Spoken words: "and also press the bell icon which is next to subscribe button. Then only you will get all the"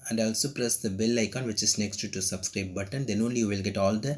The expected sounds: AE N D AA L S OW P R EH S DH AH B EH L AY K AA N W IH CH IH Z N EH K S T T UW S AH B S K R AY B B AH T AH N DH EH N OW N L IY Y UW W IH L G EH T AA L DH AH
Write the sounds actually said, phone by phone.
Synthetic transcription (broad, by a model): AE N D AA L S OW P R EH S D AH B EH L AY K AA N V IH CH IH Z N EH K S T T UW S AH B S K R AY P B AH T AH N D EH N OW N L IY Y UW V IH L G EH T AA L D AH